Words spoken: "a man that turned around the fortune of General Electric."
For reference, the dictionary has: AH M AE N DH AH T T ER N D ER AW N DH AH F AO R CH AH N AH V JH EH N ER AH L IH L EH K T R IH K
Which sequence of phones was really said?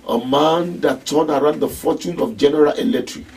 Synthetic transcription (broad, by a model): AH M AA N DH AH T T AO D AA AW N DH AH F AO CH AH N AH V JH EH N ER AH L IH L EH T R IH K